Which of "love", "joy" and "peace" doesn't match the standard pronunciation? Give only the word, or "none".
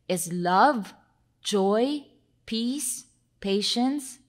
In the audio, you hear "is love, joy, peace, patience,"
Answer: none